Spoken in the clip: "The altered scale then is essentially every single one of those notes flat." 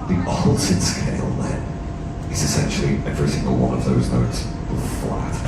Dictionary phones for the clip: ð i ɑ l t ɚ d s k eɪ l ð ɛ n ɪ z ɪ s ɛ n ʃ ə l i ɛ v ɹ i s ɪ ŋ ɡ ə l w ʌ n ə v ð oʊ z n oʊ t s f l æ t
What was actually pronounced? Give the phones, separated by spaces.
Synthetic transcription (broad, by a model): ð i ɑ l s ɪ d s k eɪ l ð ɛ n ɪ z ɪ s ɛ n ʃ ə l i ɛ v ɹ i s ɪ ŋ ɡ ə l w ʌ n ə v ð oʊ z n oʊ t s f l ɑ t